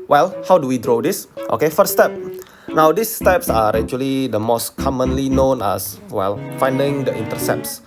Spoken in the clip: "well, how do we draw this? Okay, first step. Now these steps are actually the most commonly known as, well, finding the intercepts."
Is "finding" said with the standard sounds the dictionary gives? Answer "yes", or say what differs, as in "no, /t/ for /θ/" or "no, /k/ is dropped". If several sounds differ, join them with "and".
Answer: yes